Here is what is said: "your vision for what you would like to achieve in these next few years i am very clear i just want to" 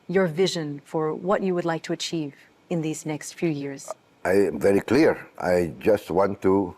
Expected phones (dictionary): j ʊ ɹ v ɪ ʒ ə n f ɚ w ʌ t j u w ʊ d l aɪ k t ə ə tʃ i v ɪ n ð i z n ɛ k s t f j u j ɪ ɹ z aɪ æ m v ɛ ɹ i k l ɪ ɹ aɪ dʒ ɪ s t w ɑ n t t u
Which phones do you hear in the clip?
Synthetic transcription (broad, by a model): j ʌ ɹ v ɪ ʒ ə n f ɚ w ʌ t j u w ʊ d l aɪ k t ə ə tʃ i v ɪ n ð i z n ɛ k s t f j u j ɪ ɹ z aɪ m v ɛ ɹ i k l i ɹ aɪ dʒ ɪ s t w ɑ n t t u